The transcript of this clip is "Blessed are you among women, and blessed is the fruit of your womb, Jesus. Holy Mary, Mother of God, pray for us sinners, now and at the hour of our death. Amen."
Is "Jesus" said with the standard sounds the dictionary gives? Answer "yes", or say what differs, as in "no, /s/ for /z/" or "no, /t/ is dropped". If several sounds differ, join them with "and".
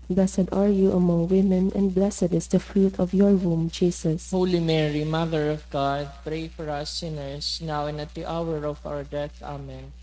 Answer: no, /s/ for /z/